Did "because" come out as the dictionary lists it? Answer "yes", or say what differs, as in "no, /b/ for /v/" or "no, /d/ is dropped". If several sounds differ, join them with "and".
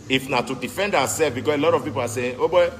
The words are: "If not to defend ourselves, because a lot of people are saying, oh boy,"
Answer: no, /s/ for /z/